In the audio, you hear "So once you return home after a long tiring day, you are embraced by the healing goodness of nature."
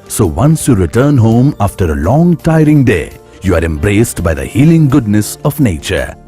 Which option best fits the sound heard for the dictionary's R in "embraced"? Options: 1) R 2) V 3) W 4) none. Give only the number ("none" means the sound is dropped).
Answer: 1